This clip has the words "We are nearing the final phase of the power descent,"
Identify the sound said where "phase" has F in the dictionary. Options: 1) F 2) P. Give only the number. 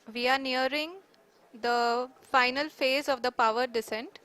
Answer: 1